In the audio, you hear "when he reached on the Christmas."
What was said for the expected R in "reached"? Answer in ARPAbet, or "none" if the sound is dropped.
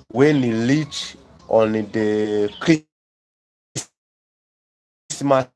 L